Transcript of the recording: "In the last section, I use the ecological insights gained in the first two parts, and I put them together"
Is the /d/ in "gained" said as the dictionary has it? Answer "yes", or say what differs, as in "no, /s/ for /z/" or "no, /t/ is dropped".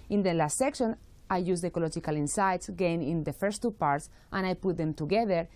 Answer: no, /d/ is dropped